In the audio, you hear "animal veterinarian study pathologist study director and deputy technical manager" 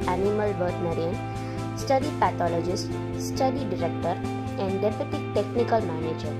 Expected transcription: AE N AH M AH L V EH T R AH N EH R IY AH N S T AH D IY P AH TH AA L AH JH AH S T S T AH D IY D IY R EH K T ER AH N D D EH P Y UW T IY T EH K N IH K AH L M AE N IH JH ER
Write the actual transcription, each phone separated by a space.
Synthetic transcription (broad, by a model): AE N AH M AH L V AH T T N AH R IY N S T AH D IY P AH T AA L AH JH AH S T S T AH D IY D IY R EH K T ER AH N D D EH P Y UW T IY T EH K N IH K AH L M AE N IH JH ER